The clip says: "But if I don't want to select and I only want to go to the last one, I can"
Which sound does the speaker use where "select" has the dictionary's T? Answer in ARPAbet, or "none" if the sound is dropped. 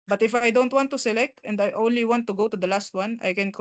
T